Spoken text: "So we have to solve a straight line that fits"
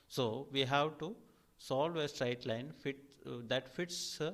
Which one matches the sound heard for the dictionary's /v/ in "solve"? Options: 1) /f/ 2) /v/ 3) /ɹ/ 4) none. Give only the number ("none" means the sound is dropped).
2